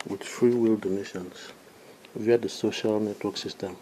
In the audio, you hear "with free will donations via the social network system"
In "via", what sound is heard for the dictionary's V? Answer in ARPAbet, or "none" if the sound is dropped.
V